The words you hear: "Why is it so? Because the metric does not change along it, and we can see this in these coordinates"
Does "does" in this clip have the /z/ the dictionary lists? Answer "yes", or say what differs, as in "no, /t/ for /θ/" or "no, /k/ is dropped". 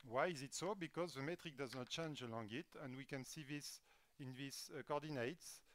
yes